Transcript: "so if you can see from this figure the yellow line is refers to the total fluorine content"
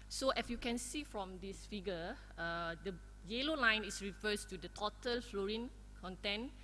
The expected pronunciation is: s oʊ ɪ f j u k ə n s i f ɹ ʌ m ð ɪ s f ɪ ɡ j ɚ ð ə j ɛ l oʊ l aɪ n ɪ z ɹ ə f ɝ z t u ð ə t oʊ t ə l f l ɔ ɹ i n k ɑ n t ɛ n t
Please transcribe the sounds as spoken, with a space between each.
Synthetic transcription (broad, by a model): s oʊ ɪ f j u k ə n s i f ɹ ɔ m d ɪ s f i ɡ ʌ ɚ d ə j ɛ l oʊ l aɪ n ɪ s ɹ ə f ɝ s t u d ə t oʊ t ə l f l ɔ ɹ i n k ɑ n t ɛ n